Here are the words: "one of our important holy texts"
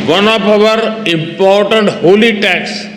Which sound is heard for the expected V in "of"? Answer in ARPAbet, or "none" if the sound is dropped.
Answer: P